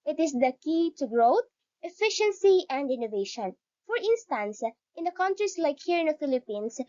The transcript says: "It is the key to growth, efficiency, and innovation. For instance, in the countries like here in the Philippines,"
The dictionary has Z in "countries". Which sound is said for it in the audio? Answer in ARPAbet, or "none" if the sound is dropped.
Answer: S